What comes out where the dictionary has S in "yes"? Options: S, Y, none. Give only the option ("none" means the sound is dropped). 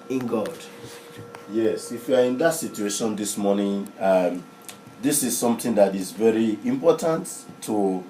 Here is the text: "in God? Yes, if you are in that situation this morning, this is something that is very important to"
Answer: S